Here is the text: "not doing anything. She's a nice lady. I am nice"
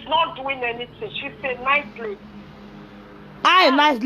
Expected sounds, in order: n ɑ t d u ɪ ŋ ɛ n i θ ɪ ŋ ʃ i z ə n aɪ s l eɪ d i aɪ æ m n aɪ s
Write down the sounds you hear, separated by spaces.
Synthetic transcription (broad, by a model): n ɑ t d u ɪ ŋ ɛ n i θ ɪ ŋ ʃ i s ə n aɪ s l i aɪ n aɪ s